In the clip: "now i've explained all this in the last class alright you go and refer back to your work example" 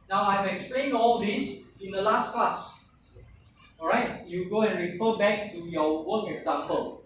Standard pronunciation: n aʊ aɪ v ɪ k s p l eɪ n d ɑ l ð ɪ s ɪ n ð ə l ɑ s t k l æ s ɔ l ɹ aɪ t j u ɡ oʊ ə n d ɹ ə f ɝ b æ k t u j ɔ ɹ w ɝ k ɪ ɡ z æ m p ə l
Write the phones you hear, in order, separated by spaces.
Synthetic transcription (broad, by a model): n aʊ aɪ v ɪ k s p l eɪ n ɑ l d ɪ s ɪ n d ə l ɑ s t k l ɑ s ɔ ɹ aɪ t j u ɡ oʊ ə n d ɹ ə f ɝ b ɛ k t u j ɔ w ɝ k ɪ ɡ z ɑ m p ə l